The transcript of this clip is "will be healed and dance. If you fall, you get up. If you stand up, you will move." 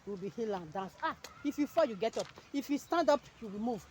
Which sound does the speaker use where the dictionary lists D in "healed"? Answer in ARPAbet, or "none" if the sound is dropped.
none